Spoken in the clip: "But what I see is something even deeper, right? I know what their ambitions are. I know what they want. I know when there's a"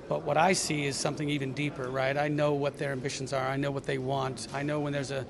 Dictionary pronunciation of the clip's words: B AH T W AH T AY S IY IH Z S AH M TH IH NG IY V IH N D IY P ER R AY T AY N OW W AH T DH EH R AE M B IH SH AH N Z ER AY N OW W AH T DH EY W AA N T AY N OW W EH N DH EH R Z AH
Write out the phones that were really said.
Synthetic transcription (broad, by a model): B AH T W AH T AY S IY IH Z S AH M TH IH NG IY V IH N D IY P ER R AY T AY N OW W AH T DH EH R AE M B IH SH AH N Z ER AY N OW W AH T DH EY W AA N T AY N OW W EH N DH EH R Z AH